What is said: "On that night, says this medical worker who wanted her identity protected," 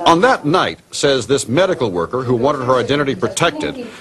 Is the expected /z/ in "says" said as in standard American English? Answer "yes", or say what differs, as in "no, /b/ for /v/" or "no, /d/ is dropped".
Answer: yes